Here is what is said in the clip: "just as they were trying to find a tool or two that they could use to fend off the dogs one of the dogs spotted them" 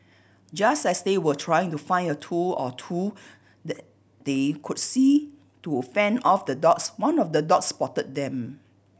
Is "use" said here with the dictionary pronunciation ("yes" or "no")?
no